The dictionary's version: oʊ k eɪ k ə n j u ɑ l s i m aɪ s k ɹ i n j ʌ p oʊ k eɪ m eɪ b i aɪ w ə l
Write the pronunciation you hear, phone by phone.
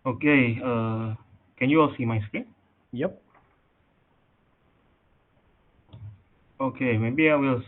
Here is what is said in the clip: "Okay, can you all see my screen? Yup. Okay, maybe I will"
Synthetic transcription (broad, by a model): oʊ k eɪ k ə n j u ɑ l s i m aɪ s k i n j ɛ p oʊ k eɪ m eɪ b i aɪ w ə l